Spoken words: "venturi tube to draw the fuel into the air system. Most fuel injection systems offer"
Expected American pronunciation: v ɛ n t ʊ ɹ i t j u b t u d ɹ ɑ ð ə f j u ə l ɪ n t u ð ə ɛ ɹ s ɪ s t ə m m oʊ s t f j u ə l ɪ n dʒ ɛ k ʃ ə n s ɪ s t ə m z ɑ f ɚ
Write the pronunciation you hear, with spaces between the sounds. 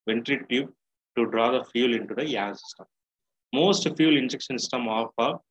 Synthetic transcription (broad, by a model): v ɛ n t ɹ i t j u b t u d ɹ ɑ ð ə f j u l ɪ n t u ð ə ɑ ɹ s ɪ s t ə m m oʊ s t f j u l ɪ n dʒ ɛ k ʃ ə n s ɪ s t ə m ɑ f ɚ